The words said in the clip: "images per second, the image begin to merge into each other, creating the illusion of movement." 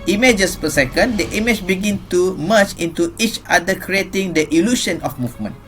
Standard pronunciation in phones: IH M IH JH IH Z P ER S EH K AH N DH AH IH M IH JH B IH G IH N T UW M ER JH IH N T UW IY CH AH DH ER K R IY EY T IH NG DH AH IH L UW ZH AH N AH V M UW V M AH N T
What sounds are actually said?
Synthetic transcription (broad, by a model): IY M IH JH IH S P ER S EH K AH N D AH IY M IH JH B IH G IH N T UW M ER CH IH N T UW IY CH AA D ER K R IY EY T IH NG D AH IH L UW SH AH N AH F M UW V M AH N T